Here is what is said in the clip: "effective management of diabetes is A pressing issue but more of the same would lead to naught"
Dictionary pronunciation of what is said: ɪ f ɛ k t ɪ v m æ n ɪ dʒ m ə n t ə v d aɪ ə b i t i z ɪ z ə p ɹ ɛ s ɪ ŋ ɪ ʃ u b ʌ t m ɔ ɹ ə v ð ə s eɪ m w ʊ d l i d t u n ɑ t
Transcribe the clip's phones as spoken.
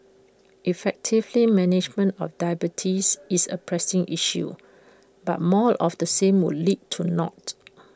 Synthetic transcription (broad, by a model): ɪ f ɛ k t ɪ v m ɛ n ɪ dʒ m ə n t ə f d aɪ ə b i t i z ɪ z ə p ɹ ɛ s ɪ ŋ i ʃ u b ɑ t m ɔ l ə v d ə s eɪ m w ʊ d l i d t u n ɑ t